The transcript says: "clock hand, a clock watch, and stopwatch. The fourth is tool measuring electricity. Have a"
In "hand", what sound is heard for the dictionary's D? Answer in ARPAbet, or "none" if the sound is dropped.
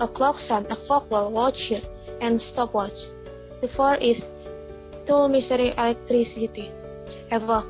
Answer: none